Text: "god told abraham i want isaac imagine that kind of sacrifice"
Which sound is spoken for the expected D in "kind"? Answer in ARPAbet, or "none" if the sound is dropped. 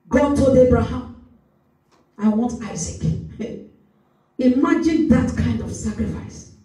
D